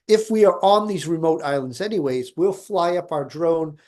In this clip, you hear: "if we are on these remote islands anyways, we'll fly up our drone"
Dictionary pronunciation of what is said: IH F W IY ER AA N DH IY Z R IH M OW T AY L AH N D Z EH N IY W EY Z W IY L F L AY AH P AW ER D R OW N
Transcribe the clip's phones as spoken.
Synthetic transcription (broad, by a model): IH F W IY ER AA N DH IY Z R IH M OW T AY L AH N D Z EH N IY W EY Z W IY L F L AY AH P AW ER D R OW N